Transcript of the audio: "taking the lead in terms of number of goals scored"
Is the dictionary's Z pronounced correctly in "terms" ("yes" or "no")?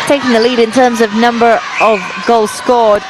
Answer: yes